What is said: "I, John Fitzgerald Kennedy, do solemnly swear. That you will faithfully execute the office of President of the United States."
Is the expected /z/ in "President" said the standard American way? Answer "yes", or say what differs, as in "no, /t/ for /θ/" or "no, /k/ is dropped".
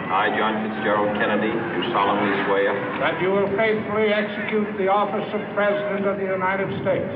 yes